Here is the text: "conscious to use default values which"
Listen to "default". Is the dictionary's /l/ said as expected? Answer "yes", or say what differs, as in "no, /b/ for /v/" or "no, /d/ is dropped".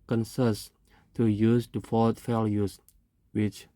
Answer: no, /l/ is dropped